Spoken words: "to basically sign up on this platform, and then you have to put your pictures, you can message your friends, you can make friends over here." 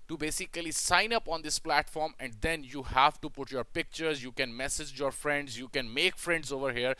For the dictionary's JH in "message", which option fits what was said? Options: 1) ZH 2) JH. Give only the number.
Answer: 2